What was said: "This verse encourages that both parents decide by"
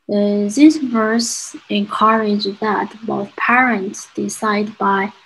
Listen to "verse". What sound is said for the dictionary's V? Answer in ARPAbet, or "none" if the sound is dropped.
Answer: V